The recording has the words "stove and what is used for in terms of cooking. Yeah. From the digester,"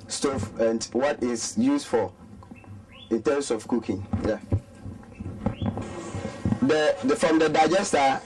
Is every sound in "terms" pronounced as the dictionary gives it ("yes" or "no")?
no